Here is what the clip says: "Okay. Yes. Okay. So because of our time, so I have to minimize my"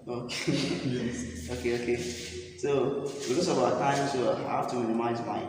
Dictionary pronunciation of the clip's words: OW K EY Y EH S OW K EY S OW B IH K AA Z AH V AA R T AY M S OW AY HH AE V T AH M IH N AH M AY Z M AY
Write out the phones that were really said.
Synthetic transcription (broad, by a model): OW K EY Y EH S OW K EY S OW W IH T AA S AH B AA T AY M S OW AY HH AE F T AH M IH N AH M AY Z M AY